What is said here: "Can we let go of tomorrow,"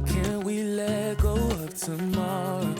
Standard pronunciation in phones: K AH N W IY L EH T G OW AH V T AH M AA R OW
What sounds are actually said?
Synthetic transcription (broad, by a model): K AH N W IY L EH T G OW AH P T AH M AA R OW